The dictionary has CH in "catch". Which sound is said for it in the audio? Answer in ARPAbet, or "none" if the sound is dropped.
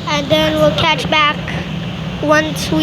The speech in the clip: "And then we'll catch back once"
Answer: CH